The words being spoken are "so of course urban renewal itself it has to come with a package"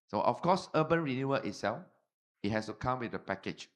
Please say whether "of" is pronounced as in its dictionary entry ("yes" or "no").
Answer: no